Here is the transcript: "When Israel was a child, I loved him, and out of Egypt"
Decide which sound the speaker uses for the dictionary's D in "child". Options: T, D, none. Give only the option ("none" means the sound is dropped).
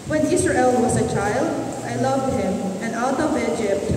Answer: D